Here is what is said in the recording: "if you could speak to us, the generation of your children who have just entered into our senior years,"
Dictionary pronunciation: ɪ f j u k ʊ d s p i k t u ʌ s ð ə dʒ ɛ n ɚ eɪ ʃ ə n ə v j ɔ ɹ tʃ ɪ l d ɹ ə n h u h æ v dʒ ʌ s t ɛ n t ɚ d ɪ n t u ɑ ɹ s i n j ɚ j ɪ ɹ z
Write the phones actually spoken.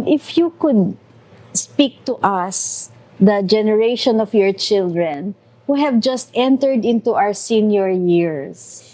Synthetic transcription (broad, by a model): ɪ f j u k ʊ d s p i k t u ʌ s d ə dʒ ɛ n ɚ eɪ ʃ ə n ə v j ɔ ɹ tʃ ɪ l d ɹ ə n h u h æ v dʒ ʌ s t ɛ n t ɚ d ɪ n t u ɑ ɹ s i n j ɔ j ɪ ɹ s